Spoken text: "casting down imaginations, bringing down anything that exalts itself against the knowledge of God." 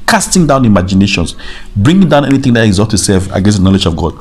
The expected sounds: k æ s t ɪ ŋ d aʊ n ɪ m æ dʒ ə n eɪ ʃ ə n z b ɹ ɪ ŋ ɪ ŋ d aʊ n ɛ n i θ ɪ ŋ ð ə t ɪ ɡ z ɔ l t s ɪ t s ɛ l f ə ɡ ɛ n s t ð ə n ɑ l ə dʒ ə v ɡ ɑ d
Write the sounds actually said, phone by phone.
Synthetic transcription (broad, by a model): k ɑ s t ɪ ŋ d aʊ n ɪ m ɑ dʒ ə n eɪ ʃ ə n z b ɹ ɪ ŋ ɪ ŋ d aʊ n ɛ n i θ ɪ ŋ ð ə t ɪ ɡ z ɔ t ɪ s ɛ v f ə ɡ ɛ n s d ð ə n ɑ l ə dʒ ə v ɡ ɑ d